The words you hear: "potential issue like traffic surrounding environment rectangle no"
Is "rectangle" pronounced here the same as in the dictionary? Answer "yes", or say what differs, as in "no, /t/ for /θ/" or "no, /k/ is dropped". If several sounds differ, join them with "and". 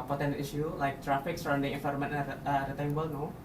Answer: no, /k/ is dropped